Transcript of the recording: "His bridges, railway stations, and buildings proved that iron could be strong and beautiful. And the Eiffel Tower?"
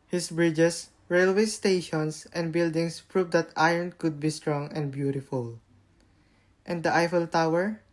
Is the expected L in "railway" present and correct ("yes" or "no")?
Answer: yes